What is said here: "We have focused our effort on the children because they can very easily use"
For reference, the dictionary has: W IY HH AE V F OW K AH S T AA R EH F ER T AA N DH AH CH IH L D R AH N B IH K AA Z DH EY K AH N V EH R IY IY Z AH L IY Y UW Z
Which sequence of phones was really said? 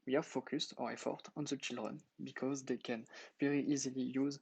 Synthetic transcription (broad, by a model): W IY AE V F OW K AH S T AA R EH F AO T AA N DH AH CH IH L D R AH N B IH K AA Z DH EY K AH N V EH R IY IY Z AH L IY Y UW Z